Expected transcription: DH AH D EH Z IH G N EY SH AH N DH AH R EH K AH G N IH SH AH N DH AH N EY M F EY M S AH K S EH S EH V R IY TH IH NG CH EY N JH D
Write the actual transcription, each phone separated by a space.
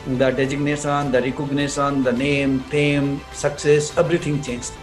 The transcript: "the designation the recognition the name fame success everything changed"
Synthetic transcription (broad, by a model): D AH D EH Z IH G N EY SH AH N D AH R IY K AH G N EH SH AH N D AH N EY M P EY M S AH K S EH S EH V R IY T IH NG CH EY N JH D